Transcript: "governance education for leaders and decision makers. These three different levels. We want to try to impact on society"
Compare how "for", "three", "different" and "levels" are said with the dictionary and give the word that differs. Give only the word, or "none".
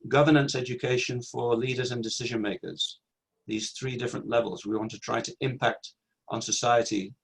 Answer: none